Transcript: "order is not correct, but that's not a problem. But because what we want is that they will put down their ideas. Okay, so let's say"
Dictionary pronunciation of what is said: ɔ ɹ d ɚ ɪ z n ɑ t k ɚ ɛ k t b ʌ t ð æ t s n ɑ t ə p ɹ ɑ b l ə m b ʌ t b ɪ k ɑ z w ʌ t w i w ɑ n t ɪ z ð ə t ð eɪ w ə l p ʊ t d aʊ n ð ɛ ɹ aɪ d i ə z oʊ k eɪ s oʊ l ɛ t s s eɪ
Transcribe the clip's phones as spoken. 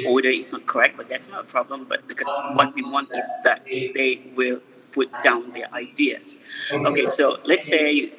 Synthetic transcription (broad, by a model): ɔ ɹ d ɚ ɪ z n ɑ t k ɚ ɛ k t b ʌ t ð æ t s n ɑ t ə p ɹ ɑ b l ə m b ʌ t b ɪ k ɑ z w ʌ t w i w ɑ n t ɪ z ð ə t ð eɪ w ə l p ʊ t d aʊ n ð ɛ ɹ aɪ d i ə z oʊ k eɪ s oʊ l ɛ t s s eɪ